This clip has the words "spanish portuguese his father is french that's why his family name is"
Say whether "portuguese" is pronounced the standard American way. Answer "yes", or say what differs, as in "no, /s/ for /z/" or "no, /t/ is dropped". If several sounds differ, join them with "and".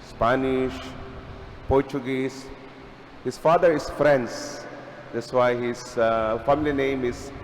no, /s/ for /z/